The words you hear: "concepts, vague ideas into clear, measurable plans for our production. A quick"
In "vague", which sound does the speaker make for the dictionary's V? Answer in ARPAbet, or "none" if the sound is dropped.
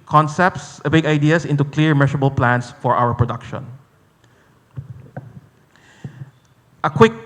B